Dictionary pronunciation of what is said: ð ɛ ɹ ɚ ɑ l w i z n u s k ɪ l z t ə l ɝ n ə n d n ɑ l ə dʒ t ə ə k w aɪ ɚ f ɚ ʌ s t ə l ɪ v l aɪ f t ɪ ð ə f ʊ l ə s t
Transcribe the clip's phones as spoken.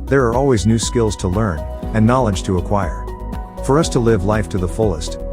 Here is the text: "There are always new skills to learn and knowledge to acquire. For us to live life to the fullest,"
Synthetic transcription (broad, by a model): ð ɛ ɹ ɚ ɑ l w i z n u s k ɪ l z t ə l ɝ n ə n n ɑ l ə dʒ t ə ə k w aɪ ɚ f ɚ ʌ s t ə l ɪ v l aɪ f t ɪ ð ə f ʊ l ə s t